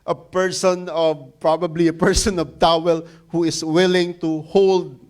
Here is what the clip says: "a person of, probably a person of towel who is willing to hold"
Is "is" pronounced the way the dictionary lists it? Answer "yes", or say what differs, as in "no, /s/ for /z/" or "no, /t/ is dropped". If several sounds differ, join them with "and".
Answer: no, /s/ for /z/